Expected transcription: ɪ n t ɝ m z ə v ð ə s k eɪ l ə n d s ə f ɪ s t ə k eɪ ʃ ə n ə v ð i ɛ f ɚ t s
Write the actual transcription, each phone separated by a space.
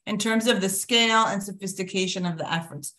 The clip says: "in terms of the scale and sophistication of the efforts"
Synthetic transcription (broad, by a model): ɪ n t ɝ m z ə v ð ə s k eɪ l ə n s ə f ɪ s t ə k eɪ ʃ ə n ə v ð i ɛ f ɚ t s